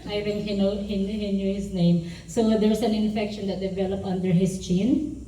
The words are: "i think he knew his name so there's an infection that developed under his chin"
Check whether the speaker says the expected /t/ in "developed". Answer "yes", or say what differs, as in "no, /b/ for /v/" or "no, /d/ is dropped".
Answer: no, /t/ is dropped